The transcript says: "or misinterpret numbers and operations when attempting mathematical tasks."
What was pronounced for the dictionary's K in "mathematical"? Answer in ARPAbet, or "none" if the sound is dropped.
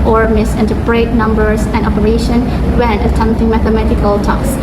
K